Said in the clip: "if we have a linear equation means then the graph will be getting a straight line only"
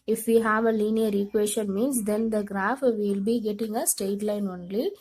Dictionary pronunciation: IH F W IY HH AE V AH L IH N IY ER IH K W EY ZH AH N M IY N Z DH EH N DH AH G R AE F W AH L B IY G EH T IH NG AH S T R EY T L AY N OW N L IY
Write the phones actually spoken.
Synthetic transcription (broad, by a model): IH F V IY HH AE V AH L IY N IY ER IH K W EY SH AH N M IY N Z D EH N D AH G R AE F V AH L B IY G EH T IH NG AH S T EY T L AY N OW N L IY